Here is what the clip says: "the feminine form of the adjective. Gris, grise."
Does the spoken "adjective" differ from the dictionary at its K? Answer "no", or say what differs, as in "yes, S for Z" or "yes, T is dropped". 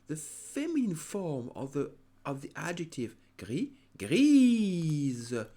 no